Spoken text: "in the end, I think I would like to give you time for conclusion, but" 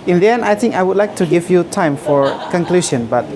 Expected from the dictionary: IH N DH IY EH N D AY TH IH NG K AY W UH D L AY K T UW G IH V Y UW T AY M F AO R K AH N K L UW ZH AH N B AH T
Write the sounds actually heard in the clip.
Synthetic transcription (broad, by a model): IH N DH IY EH N AY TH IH NG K AY W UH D L AY K T UW G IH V Y UW T AY M F AO R K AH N K L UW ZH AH N B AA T